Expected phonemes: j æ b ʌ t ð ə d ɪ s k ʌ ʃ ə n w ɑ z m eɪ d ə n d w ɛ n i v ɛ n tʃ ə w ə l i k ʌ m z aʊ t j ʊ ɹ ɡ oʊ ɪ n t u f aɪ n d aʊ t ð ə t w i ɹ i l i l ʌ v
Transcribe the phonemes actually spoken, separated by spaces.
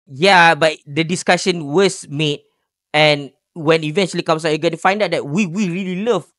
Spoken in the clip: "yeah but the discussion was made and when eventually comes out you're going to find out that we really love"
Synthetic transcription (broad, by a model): j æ b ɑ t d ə d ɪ s k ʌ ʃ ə n w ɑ s m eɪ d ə n w ɛ n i v ɛ n tʃ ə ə l i k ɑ m s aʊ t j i ɡ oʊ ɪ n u f aɪ n d aʊ t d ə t w i ɹ i l i l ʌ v